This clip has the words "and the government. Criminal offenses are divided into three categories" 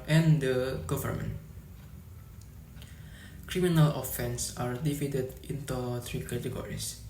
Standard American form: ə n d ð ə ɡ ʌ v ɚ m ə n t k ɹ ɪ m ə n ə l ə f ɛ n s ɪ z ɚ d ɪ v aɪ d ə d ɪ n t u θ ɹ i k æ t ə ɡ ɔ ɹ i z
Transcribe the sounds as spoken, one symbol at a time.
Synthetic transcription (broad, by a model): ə n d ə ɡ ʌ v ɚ m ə n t k ɹ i m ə n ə l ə f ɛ n s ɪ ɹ d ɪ f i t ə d ɪ n t u t ɹ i k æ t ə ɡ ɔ ɹ i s